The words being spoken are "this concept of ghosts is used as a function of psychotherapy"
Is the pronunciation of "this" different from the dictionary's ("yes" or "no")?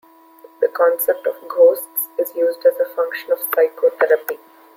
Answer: yes